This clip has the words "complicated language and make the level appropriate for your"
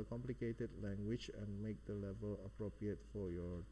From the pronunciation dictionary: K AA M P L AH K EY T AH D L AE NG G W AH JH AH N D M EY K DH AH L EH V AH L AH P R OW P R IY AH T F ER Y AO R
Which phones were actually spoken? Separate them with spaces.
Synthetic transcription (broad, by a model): K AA M P L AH K EY T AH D L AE NG G W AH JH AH N M EY K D AH L EH V AH L AH P R OW P R IY AH T F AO Y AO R